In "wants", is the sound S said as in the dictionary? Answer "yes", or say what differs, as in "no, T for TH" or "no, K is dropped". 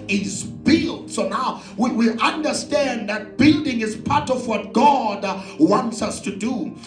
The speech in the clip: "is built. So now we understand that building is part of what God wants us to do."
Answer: yes